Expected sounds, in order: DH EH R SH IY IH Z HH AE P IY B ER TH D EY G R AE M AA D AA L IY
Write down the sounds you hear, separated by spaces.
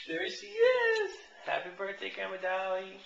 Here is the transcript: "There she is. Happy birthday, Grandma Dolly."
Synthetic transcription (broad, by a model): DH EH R S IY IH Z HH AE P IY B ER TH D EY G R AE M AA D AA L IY